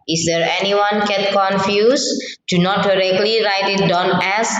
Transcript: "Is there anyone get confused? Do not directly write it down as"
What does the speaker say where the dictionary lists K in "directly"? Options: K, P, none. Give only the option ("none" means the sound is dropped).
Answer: K